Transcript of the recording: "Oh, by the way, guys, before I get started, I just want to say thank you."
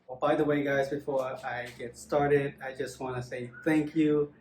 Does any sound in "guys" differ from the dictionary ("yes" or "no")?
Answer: no